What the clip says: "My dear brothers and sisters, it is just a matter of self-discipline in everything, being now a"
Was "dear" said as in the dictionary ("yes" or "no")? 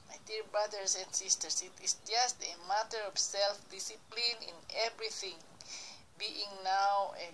no